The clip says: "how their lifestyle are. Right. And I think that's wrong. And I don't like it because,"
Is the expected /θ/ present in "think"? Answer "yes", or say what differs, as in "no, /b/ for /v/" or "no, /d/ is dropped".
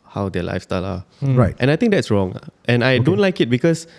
no, /t/ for /θ/